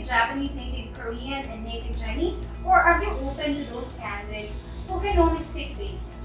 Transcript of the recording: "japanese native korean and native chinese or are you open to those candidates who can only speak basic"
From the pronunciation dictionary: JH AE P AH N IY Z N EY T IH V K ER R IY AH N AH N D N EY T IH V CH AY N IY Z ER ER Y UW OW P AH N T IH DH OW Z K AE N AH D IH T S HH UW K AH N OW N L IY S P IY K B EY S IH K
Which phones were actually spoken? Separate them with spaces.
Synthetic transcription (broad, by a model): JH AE P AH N IY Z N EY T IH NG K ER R IY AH N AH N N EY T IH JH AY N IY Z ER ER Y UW OW P AH N T IH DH OW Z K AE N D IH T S HH UW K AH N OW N IY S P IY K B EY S